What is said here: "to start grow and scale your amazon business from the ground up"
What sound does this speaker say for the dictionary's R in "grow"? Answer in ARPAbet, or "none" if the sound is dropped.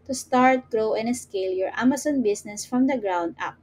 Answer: R